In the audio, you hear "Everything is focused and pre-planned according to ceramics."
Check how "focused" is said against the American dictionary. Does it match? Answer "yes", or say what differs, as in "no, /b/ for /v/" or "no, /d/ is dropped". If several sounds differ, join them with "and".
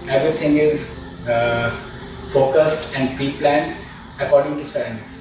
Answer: yes